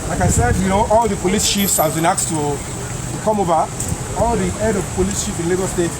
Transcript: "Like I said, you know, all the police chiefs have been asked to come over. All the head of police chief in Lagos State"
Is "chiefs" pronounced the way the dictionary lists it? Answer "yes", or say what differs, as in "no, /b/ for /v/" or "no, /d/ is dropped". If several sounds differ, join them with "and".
no, /ʃ/ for /tʃ/